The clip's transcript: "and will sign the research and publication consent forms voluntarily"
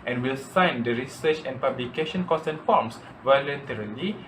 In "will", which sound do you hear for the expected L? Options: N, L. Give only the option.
L